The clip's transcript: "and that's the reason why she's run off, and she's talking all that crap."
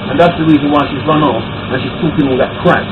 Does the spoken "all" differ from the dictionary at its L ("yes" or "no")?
yes